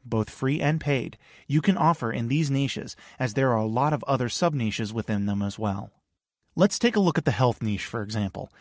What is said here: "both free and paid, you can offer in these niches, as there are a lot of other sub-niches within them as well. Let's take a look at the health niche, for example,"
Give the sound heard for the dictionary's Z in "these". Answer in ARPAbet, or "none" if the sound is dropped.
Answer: Z